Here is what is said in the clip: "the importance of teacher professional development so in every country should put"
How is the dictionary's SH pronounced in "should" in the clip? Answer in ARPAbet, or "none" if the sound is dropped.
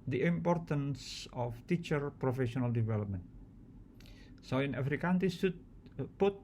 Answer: S